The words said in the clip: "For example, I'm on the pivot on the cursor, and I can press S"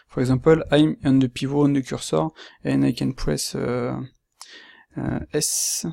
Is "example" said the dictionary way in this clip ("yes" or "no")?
no